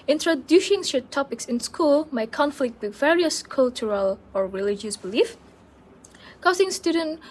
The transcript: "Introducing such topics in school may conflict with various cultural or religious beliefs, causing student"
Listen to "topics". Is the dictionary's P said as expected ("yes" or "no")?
yes